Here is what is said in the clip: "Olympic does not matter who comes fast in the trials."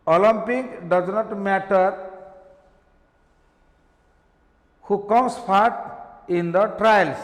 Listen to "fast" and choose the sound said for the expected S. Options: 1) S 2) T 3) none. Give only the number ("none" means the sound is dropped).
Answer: 3